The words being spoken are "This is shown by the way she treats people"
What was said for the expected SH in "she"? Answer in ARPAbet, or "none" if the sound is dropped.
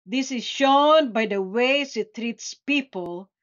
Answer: S